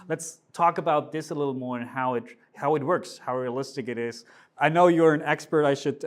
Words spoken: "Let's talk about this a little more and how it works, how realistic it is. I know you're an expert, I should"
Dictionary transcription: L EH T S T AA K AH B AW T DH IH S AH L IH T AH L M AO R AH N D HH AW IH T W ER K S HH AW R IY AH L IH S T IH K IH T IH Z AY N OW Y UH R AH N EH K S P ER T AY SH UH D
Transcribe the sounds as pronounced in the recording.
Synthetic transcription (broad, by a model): L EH T S T AA K AH B AW T DH IH S AH L IH T L M AO R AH N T HH AW IH T W ER K S HH AW R IY AH L IH S T IH K IH T IH Z AY N OW Y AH R AH N EH K S P ER T AY SH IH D